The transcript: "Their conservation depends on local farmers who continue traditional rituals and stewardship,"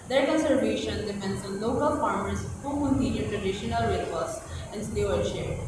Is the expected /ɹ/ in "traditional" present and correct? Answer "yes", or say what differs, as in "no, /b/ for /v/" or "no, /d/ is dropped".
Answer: no, /ɹ/ is dropped